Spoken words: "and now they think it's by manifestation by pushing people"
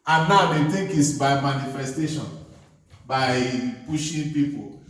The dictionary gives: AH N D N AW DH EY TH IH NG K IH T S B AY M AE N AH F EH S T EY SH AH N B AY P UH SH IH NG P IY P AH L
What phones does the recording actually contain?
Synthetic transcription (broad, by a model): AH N N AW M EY T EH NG K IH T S B AY M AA N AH F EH S T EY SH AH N B AY P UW SH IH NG P IY P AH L